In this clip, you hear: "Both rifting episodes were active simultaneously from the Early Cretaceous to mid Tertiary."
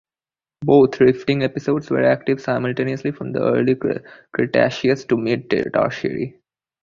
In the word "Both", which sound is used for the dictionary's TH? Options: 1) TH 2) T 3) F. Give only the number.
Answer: 2